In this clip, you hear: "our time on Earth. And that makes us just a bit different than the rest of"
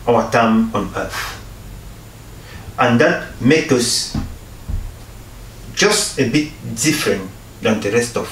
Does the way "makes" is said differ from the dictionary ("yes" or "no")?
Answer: yes